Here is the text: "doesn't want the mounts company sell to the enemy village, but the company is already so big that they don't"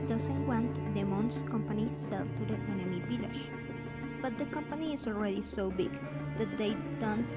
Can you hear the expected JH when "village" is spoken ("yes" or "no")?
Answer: no